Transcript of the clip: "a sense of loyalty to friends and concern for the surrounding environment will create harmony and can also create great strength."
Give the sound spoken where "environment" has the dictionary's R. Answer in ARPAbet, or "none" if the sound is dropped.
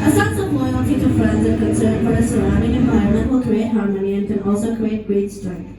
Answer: none